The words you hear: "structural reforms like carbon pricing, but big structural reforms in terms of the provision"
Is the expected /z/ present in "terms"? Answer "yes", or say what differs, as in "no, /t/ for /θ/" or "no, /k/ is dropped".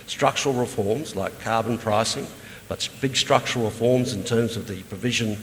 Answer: yes